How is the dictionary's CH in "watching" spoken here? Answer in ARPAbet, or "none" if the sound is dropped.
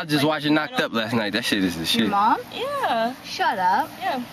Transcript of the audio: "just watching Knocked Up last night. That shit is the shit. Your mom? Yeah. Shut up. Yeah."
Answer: none